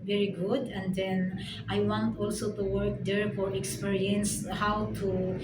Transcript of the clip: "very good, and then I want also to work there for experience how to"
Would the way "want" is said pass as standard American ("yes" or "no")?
yes